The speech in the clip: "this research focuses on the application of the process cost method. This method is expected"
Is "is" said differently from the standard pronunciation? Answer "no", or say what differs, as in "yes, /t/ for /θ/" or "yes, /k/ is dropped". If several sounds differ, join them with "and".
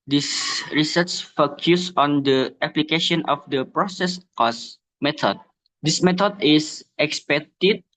yes, /s/ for /z/